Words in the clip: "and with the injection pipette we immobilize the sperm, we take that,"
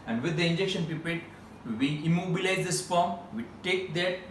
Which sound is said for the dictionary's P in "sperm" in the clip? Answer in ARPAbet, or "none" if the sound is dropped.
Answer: F